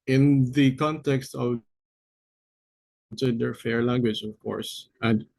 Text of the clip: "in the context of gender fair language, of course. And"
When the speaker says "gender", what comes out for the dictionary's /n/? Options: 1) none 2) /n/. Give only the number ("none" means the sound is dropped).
1